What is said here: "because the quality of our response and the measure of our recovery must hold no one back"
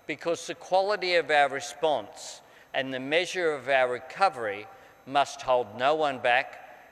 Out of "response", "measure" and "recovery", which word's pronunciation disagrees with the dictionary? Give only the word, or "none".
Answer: none